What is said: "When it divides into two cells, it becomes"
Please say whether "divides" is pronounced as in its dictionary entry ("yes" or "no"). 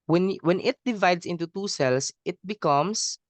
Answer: no